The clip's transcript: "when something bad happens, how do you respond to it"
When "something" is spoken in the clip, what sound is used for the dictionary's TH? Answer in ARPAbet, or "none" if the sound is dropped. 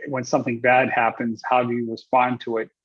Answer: TH